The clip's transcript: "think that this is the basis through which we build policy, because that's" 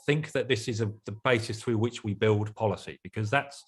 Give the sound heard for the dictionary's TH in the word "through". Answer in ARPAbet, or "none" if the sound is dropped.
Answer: TH